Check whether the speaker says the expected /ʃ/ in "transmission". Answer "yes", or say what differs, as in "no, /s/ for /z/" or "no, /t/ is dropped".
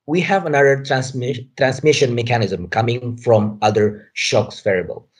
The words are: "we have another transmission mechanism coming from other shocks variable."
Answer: yes